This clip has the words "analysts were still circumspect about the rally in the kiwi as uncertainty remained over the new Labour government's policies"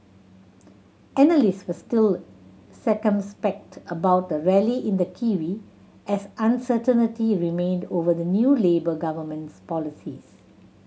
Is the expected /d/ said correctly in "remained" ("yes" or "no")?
yes